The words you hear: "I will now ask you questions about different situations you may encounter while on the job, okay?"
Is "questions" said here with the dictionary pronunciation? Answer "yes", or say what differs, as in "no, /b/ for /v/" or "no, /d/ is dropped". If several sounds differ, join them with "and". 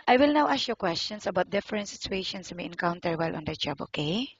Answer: no, /s/ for /z/